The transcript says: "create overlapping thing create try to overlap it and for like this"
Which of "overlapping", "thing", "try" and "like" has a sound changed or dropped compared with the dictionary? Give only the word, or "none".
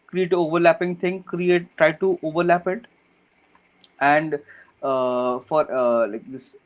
thing